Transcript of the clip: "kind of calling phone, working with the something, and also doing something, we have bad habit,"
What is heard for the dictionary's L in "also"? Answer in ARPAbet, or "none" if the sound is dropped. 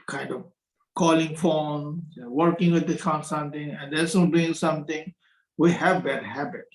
none